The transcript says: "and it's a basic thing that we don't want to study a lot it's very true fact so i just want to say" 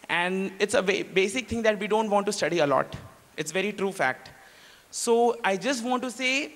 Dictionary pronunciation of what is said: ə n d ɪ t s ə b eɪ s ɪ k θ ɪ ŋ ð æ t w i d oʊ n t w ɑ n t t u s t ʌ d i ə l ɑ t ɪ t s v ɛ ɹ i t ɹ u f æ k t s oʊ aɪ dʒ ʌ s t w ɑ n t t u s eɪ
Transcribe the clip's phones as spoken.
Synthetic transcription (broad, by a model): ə n d ɪ t s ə b eɪ s ɪ k t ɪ ŋ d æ t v i d oʊ n t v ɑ n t t u s t ʌ d i ə l ɑ t ɪ t s v ɛ ɹ i t ɹ u f æ k t s oʊ aɪ dʒ ʌ s t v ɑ n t t u s eɪ